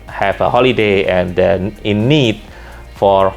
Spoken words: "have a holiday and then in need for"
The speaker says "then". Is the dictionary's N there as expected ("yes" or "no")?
no